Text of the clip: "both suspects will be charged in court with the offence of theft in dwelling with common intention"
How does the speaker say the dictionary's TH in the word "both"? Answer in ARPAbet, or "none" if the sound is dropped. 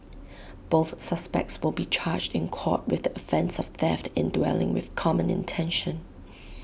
TH